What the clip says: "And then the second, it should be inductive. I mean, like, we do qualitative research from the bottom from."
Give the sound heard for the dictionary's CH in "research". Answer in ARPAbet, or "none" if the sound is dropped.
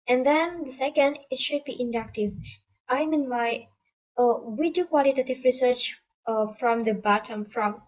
CH